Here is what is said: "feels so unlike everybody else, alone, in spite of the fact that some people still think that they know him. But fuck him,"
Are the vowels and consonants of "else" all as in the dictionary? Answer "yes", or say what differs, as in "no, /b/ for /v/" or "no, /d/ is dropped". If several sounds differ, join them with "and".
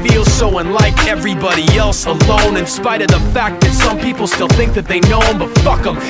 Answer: yes